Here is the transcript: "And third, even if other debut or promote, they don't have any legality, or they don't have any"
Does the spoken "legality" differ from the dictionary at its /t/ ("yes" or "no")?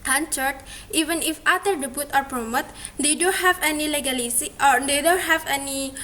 yes